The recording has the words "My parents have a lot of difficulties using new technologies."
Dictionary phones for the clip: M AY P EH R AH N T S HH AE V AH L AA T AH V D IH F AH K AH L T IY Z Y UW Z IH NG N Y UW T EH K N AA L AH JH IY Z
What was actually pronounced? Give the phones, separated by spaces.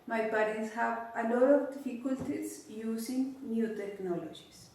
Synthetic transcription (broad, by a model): M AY B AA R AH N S HH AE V AH L AA T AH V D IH F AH K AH L T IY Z Y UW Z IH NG N Y UW T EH K N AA L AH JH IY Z